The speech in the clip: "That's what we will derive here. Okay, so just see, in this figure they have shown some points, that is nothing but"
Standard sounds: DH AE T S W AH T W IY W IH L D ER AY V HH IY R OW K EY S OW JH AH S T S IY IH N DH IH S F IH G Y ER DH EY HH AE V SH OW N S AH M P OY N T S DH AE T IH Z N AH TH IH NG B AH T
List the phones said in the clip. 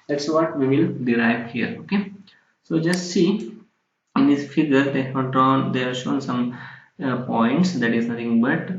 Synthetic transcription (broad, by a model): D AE T S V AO T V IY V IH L D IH AY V HH IY R OW K EY S OW JH AH S T S IY IH N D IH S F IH G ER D EY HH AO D SH OW N S AH M P OY N T S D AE T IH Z N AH T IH NG B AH T